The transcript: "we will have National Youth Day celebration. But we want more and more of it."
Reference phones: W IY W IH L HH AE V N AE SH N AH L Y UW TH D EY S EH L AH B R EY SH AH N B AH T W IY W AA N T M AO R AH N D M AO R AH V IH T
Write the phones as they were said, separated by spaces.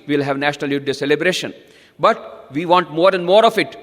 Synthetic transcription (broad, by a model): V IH L HH AE V N AE SH N AH L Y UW T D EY S EH L AH B R EY SH AH N B AH T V IY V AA N T M AO R AH N D M AO R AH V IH T